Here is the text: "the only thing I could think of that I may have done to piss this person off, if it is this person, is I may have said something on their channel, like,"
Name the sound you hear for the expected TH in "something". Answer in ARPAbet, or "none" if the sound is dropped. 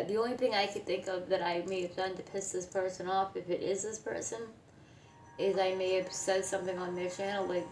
TH